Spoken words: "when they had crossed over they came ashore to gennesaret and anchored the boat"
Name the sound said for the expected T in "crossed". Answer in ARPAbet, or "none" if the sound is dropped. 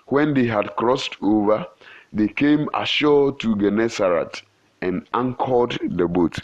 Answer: T